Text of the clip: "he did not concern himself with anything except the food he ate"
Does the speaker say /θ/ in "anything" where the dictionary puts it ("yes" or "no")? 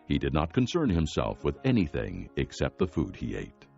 yes